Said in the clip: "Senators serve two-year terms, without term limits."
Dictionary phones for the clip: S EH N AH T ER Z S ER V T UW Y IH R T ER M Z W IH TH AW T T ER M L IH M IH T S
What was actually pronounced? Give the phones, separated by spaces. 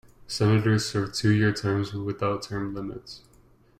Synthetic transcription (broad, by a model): S EH N AH T ER Z S ER V T UW Y IH R T ER M Z W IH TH AW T T ER M L IH M IH T S